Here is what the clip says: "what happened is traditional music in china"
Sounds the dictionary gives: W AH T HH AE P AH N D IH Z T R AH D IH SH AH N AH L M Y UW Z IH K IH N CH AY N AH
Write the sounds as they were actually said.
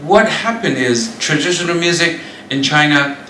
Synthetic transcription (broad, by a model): W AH T HH AE P AH N D IH Z T R AH D IH SH AH N AH L M Y UW Z IH K IH N CH AY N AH